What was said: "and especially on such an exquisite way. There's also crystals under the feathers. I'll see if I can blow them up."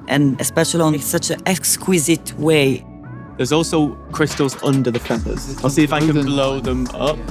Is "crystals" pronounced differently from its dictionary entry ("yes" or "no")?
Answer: no